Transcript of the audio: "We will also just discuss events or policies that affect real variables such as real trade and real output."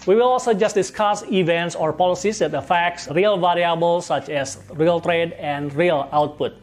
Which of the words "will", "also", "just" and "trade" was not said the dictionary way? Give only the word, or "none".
none